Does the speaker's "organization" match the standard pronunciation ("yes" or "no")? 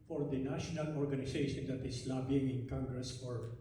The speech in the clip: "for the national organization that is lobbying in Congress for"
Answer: no